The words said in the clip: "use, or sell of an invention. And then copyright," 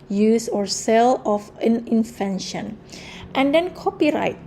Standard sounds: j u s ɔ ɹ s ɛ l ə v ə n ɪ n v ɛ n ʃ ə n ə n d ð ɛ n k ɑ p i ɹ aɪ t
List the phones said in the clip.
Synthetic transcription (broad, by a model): j u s ɔ ɹ s ɛ l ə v ə n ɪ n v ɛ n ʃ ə n ə n d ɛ n k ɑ p i ɹ aɪ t